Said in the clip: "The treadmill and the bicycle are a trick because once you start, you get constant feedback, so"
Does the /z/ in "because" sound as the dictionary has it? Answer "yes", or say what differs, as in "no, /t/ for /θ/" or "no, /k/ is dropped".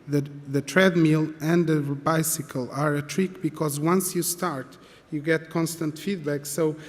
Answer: yes